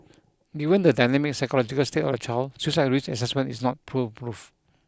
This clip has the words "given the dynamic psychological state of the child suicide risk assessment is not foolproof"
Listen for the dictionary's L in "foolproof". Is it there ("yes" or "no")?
no